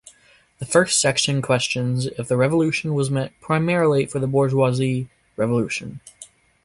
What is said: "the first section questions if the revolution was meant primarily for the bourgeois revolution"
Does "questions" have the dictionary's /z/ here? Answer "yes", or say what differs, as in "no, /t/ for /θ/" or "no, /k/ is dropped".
yes